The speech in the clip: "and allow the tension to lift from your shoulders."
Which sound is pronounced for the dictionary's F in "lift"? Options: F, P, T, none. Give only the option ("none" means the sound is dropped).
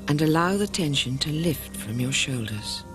F